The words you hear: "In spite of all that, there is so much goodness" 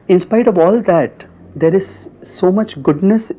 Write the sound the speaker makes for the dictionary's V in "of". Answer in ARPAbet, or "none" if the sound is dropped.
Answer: V